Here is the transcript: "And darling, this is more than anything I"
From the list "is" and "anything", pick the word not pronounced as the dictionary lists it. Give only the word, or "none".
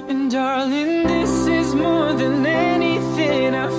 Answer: none